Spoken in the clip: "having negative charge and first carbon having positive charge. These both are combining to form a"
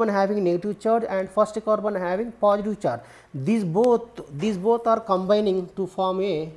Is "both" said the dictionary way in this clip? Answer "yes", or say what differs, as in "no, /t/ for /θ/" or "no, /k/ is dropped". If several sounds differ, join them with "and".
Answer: no, /t/ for /θ/